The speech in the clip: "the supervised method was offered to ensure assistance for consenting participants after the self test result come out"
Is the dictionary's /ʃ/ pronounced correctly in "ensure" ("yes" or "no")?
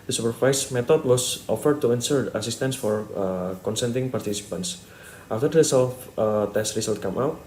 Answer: no